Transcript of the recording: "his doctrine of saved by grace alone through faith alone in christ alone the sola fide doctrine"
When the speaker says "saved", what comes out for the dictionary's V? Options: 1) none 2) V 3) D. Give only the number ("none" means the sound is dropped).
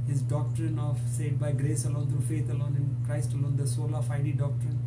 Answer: 1